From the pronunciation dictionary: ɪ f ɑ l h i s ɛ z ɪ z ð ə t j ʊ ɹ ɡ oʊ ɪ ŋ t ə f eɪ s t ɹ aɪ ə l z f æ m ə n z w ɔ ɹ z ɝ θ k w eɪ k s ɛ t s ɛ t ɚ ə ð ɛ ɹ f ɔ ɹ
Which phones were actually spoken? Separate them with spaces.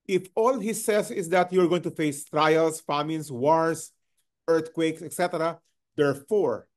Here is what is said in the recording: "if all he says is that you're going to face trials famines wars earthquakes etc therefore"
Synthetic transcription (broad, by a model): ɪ f ɑ l h i s ɛ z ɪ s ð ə t j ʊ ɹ ɡ oʊ ɪ ŋ t ə f eɪ s t ɹ aɪ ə l s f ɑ m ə n s w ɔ ɹ s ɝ t k w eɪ k s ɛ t s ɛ t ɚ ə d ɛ ɹ f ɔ ɹ